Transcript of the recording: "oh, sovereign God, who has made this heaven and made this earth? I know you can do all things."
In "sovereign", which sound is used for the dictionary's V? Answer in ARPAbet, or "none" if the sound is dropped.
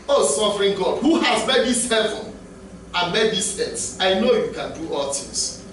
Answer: F